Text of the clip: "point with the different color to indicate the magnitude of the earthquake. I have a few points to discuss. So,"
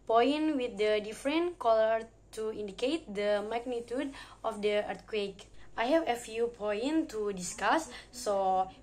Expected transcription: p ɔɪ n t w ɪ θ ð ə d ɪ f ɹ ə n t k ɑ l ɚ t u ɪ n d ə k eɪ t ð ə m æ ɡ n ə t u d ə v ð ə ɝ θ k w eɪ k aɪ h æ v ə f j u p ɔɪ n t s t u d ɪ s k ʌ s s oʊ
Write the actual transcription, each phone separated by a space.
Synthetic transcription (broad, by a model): p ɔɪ n w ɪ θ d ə d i f ɹ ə n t k ɑ l ɚ t u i n d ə k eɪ t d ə m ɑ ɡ n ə t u d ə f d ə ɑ t k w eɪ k aɪ h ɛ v ə f j u p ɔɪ n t t u d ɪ s k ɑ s s oʊ